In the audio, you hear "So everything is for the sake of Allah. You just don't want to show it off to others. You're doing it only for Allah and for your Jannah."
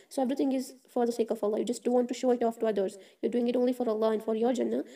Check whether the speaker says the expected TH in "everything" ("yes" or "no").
no